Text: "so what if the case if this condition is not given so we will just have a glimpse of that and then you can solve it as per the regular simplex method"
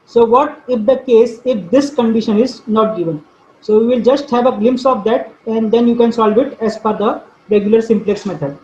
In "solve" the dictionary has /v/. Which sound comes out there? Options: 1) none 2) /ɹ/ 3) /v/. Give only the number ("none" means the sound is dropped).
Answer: 3